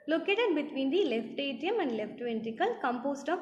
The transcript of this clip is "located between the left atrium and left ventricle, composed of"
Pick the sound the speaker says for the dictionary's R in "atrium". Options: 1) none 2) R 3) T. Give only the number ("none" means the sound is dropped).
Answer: 1